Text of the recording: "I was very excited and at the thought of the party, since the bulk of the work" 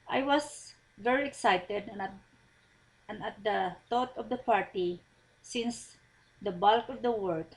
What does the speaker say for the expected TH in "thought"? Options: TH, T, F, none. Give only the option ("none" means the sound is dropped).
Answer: T